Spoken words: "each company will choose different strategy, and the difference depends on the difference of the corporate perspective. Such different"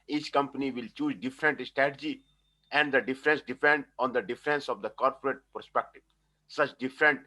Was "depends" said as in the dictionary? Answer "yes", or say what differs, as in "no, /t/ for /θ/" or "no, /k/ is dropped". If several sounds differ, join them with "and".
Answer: no, /z/ is dropped